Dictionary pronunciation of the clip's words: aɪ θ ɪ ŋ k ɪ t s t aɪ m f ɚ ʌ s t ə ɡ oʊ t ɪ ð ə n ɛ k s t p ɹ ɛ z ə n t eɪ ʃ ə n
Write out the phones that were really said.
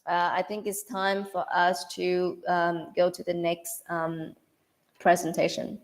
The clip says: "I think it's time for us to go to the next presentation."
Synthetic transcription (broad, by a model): aɪ θ ɪ ŋ k ɪ t s t aɪ m f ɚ ʌ s t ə ɡ oʊ t ɪ ð ə n ɛ k s t p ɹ ɛ z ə n t eɪ ʃ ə n